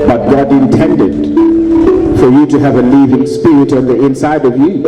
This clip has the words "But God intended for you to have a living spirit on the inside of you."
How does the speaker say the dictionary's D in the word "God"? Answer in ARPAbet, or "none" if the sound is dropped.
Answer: D